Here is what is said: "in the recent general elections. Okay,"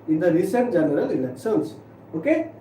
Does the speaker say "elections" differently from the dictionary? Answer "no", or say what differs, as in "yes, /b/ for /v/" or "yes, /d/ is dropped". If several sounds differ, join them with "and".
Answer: yes, /s/ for /ʃ/ and /s/ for /z/